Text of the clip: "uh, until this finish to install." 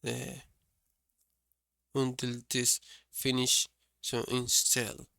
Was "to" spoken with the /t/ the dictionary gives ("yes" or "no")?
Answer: no